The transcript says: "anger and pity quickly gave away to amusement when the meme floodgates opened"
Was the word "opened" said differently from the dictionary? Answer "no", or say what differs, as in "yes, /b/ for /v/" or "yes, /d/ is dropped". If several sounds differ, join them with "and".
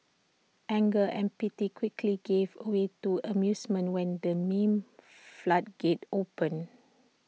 yes, /d/ is dropped